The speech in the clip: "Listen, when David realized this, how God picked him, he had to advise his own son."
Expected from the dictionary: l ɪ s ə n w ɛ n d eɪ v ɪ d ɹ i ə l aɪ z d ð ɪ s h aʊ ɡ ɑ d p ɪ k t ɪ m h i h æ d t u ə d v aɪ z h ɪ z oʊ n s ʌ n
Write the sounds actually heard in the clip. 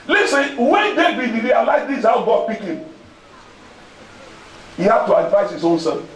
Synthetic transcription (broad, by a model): l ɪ s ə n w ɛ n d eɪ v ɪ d ɹ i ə l aɪ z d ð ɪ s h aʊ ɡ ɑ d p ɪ k ɪ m h i h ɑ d t u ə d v aɪ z h ɪ z oʊ n s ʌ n